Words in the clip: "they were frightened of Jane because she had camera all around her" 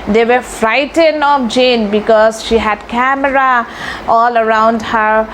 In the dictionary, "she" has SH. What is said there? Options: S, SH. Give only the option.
SH